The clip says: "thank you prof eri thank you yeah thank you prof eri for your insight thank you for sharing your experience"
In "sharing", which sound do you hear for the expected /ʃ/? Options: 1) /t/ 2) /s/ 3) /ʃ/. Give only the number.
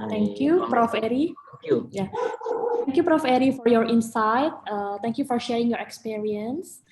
3